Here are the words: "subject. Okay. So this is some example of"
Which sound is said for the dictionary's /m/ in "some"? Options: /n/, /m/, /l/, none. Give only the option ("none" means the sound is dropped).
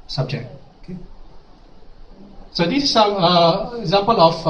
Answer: none